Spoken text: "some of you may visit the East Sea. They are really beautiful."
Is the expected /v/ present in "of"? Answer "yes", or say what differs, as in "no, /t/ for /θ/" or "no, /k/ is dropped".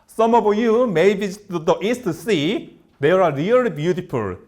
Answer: no, /b/ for /v/